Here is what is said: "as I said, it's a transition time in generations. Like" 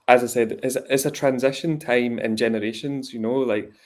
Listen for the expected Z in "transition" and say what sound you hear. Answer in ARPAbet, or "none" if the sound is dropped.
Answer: Z